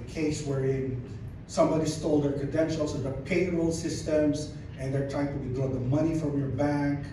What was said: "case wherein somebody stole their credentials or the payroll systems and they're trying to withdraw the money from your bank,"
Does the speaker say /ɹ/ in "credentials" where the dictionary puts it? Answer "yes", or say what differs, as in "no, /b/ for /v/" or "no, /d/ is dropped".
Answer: no, /ɹ/ is dropped